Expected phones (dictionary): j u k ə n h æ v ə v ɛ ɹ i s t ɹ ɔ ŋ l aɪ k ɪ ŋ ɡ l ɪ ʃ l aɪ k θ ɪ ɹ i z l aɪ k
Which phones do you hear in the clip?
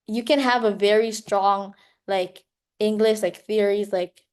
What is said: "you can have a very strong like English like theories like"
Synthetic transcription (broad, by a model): j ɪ k ə n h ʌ v ə v ɛ ɹ i s t ɹ ɔ ŋ l aɪ k ɪ ŋ ɡ l ɪ ʃ l aɪ k θ ɪ ɹ i z l aɪ k